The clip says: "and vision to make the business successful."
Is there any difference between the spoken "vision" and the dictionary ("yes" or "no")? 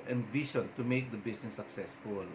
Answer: yes